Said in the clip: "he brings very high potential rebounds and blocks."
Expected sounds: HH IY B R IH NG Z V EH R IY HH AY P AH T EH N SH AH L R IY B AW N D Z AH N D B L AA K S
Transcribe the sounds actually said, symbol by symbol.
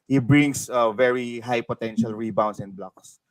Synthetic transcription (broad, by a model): HH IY B R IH NG S V EH R IY HH AY P AH T EH N SH AH L R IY B AW N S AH N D B L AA K S